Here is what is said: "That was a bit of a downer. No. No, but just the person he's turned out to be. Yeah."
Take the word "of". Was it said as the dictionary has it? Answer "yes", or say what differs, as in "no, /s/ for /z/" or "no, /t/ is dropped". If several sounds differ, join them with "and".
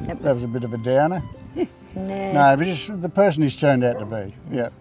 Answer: yes